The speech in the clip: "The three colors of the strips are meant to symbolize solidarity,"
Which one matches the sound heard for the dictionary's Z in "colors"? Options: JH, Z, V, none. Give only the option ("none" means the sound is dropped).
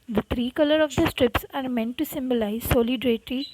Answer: none